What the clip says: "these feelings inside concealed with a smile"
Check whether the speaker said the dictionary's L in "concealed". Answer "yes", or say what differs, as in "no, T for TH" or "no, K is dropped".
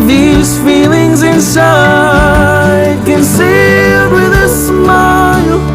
no, L is dropped